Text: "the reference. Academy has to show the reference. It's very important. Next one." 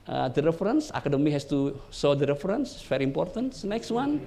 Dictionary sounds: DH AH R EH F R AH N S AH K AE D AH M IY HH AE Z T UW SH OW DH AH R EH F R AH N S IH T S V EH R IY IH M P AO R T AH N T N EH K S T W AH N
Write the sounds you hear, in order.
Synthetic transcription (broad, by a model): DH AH R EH F R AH N S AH K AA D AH M IY HH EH S T UW S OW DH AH R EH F R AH N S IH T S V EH R IY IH M P AO R T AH N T N EH K S T W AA N